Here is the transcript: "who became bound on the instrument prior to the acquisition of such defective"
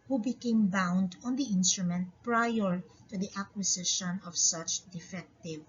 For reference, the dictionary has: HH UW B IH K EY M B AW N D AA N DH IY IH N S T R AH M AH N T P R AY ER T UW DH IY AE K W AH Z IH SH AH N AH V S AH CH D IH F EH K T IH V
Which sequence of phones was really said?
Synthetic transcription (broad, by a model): HH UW B IH K EY M B AW N D AA N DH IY IH N S T R AH M AH N T P R AY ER T UW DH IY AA K W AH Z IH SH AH N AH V S AH CH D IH F EH K T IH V